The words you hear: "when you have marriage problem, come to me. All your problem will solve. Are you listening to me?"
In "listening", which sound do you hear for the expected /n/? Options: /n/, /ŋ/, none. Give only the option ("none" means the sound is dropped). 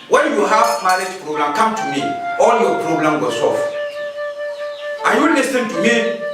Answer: none